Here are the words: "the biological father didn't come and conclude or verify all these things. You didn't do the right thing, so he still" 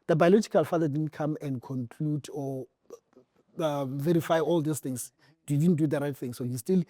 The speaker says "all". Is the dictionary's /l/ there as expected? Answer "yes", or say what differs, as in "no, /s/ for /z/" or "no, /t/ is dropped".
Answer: yes